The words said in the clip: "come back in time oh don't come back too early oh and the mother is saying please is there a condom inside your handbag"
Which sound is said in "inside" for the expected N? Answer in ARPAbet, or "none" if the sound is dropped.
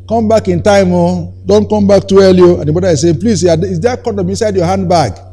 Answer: N